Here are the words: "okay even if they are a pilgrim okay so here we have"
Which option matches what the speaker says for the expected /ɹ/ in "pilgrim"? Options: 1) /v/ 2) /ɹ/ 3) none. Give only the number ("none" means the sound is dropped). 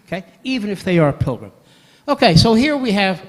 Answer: 2